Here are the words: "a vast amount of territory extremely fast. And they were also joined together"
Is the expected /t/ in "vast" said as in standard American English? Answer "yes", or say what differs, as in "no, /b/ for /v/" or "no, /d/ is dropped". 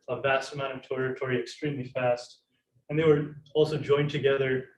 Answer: yes